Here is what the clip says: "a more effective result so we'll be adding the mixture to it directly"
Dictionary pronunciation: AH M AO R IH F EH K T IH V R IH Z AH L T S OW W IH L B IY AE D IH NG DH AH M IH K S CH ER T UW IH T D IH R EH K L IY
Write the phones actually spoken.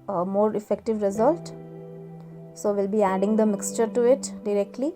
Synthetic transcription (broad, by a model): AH M AO R IH F EH K T IH V R IH Z AH L T S OW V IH L B IY AE D IH NG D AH M IH K S CH ER T UW IH T D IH R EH K L IY